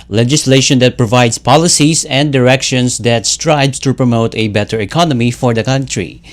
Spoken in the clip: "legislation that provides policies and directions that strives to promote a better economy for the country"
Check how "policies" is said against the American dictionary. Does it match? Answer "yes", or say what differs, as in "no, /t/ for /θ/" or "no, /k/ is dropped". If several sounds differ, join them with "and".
no, /s/ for /z/